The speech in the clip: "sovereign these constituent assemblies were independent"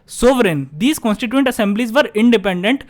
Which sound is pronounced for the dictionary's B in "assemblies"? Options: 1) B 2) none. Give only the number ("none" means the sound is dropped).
1